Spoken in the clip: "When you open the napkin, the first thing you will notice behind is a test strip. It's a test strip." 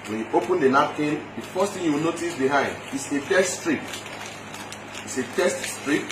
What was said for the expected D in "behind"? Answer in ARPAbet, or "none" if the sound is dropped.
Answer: D